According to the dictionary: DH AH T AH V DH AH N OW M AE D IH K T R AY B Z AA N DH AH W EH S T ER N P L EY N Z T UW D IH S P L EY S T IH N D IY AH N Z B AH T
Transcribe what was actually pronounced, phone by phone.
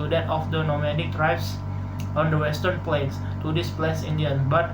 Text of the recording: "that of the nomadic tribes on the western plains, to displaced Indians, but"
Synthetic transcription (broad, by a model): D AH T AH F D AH N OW M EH D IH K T R AY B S AA N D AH W EH S T ER N P L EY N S T UW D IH S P L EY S IH N D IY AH N B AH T